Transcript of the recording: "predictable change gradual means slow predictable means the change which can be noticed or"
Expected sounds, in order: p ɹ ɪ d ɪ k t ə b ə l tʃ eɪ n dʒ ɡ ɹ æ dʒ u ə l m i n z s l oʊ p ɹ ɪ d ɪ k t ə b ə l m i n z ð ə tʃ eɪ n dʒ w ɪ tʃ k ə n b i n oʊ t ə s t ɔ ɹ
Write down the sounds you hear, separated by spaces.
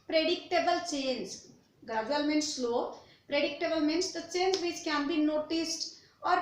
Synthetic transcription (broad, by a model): p ɹ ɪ d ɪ k t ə b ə l tʃ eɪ n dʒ ɡ ʌ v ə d m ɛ n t s l oʊ p ɹ ɪ d ɪ k t ə b ə l m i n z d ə tʃ eɪ n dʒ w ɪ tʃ k ə n b i n oʊ t ə s t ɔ ɹ